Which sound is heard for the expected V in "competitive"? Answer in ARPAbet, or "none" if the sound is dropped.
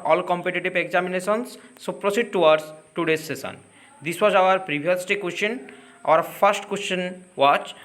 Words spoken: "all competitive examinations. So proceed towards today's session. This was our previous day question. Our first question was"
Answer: B